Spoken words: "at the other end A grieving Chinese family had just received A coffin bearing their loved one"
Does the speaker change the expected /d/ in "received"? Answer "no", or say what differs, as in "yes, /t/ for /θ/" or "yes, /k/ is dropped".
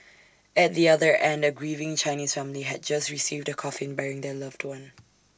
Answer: no